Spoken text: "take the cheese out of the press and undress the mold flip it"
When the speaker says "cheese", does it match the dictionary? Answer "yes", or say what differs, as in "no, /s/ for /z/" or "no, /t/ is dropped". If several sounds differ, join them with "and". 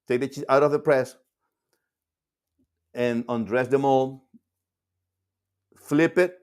no, /z/ is dropped